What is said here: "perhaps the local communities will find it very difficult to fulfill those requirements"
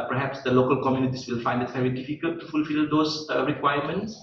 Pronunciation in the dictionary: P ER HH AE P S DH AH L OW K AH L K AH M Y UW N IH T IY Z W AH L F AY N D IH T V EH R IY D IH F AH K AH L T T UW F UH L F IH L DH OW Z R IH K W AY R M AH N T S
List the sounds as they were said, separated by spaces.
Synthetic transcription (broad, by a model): P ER HH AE P S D AH L OW K AH L K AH M Y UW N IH T IY S W AH L F AY N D IH T V EH R IY D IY F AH K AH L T T UW F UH L F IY L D OW S R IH K W AY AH M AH N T S